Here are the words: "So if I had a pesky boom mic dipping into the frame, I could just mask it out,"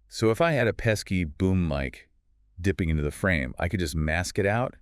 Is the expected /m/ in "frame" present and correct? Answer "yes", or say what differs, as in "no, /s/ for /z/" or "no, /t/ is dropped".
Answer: yes